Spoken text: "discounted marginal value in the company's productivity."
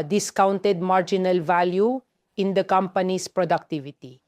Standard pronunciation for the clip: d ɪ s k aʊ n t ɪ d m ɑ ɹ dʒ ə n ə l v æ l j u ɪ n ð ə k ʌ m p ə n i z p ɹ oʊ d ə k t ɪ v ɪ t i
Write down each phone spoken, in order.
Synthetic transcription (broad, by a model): d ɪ s k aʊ n t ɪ d m ɑ ɹ dʒ ə n ə l v æ l j u ɪ n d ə k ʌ m p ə n i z p ɹ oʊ d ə k t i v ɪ t i